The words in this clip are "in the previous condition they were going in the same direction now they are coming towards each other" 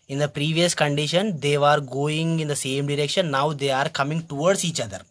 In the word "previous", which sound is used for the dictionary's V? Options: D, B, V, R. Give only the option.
V